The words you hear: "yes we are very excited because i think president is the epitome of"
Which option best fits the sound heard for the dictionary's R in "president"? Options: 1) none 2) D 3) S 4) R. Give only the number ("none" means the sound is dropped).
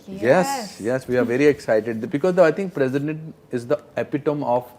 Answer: 4